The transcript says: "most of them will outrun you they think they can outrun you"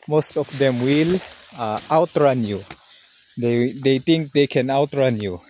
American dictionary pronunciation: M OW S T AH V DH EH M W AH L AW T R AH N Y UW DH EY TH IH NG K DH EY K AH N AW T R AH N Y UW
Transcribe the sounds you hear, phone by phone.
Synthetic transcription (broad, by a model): M OW S T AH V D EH M W AH L AW T R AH N Y UW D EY T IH NG K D EY K AH N AW T R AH N Y UW